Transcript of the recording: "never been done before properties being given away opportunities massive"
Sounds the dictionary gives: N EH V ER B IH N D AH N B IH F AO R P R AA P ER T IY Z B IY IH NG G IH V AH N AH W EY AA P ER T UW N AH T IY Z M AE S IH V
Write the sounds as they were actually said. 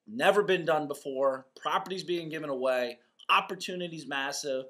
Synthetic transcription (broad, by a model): N EH V ER B IH N D AH N B IH F AO R P R AA P ER T IY Z B IY IH NG G IH V AH N AH W EY AA P ER T UW N AH T IY Z M AE S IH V